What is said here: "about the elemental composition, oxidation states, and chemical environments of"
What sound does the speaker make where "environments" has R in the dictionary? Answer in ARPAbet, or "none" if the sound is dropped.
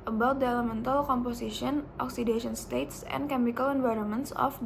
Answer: R